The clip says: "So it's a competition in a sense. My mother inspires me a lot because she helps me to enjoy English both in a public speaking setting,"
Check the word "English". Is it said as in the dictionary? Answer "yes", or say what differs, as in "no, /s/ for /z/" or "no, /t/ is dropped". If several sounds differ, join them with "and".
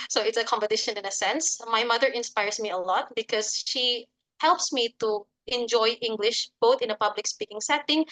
yes